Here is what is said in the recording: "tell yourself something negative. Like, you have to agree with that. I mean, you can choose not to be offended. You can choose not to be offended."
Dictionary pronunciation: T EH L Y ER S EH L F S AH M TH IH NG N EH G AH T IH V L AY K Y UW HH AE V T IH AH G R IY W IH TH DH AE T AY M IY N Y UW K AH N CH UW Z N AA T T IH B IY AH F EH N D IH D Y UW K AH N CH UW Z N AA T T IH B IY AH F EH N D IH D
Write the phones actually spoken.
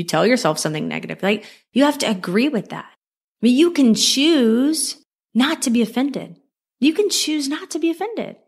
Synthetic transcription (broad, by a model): T EH L Y ER S EH L F S AH M TH IH NG N EH G AH T IH V L AY K Y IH HH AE F T IH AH G R IY W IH DH AE T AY M IY N Y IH K AH N CH UW Z N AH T T IH B IY AH F EH N D IH D Y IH K AH N CH UW Z N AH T T IH B IY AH F EH N D IH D